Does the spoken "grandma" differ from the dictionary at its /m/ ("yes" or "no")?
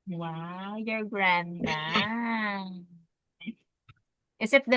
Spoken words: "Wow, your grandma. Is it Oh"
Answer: yes